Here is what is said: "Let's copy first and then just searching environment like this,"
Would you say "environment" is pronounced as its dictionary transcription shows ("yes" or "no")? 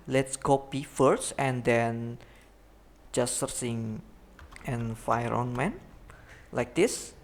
no